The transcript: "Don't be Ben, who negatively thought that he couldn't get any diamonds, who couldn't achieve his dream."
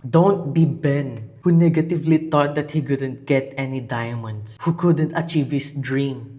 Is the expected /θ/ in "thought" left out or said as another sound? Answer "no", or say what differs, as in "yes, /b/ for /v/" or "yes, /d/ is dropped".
yes, /t/ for /θ/